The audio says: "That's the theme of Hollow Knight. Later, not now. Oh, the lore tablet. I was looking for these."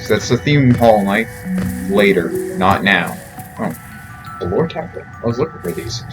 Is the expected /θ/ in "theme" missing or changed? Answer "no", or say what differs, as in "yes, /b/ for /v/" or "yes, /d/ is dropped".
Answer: no